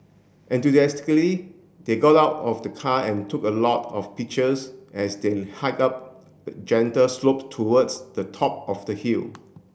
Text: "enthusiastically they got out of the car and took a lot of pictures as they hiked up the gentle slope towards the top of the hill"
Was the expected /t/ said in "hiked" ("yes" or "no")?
no